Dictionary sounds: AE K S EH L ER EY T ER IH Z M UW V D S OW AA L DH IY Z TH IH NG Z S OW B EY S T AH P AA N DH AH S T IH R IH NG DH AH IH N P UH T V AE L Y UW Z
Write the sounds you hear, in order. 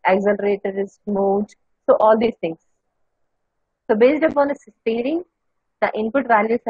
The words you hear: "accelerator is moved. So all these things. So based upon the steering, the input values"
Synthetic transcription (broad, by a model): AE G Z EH L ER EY T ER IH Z M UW D S OW AA L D IY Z T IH NG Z S OW B EY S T AH P AA N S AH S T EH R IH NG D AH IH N P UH T V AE L Y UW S